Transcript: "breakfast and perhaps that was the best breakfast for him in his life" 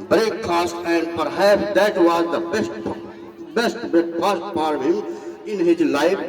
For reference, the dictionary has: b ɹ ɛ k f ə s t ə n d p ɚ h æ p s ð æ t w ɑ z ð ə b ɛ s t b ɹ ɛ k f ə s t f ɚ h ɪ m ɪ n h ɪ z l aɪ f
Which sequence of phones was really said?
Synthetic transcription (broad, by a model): b ɹ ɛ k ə s t ə n d p ɚ h æ p s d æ t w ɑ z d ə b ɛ s t b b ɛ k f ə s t p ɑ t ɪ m ɪ n h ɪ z l aɪ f